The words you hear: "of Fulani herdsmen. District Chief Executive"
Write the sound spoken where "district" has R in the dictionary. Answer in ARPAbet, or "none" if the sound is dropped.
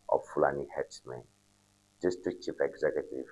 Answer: none